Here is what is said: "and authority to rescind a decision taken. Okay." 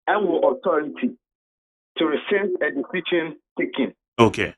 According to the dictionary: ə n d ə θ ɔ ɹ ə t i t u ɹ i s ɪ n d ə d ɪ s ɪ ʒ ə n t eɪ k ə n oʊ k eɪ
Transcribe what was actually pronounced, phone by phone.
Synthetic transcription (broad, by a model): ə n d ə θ ɔ ɹ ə t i t u ɹ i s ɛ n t ə d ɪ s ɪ ʃ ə n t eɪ k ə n oʊ k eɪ